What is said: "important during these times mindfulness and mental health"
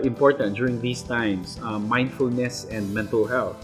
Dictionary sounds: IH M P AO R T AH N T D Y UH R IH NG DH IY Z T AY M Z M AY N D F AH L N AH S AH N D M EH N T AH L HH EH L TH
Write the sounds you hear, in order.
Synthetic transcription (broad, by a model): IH M P AO R T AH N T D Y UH R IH NG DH IY S T AY M S M AY N D F AH L N AH S AH N D M EH N T AH L HH EH L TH